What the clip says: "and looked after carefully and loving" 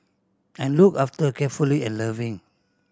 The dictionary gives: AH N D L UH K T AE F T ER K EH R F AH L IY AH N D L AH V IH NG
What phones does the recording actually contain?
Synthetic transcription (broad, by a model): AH N L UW K AA F T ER K EH F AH L IY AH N L AH V IH NG